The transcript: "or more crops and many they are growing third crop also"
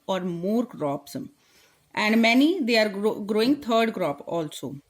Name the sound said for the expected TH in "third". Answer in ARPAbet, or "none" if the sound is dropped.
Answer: T